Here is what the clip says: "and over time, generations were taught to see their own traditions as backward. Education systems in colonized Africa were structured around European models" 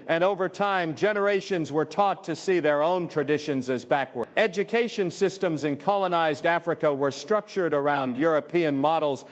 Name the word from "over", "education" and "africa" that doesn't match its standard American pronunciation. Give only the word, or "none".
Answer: none